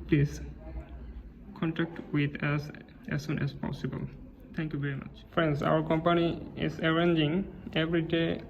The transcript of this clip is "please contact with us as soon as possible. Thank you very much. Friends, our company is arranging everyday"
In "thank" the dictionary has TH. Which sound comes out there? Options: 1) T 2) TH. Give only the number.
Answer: 1